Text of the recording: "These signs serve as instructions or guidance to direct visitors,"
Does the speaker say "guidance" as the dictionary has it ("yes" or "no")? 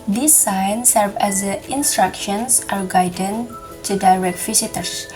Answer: no